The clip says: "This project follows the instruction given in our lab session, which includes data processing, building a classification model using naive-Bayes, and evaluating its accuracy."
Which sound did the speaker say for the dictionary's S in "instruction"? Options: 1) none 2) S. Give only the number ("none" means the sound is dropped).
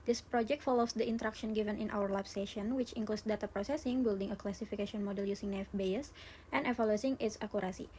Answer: 1